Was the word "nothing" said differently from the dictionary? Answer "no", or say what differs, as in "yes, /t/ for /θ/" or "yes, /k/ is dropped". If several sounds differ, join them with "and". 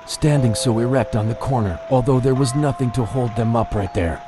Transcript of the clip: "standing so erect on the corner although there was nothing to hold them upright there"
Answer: no